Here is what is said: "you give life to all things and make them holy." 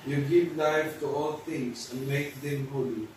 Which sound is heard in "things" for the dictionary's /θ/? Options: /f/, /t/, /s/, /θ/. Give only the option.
/t/